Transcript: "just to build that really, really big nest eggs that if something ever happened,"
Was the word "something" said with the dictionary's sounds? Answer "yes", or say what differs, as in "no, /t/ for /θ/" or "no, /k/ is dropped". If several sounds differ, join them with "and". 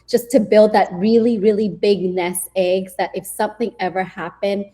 yes